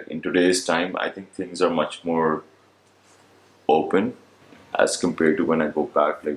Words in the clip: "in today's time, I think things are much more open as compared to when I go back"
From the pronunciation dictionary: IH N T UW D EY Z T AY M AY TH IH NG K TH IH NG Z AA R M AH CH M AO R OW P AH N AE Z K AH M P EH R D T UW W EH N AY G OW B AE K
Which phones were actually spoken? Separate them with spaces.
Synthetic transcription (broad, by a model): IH N T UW D EY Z T AY M AY T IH NG K T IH NG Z AA R M AH CH M AO R OW P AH N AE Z K AH M P EH R D T UW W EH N AY G OW B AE K